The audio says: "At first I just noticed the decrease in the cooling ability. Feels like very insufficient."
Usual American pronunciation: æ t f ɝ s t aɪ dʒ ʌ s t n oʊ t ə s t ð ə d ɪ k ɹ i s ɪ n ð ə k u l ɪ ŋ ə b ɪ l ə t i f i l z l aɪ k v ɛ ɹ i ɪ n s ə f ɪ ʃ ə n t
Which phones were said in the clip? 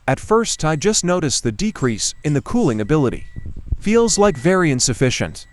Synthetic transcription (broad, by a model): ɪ t f ɝ s t aɪ dʒ ʌ s t n oʊ t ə s ð ə d ɪ k ɹ i s ɪ n ð ə k u l ɪ ŋ ə b ɪ l ə t i f i l z l aɪ k v ɛ ɹ i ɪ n s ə f ɪ ʃ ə n t